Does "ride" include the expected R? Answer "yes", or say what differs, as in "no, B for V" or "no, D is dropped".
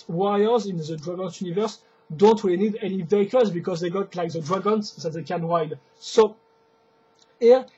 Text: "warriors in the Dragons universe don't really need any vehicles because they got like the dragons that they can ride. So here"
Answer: no, W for R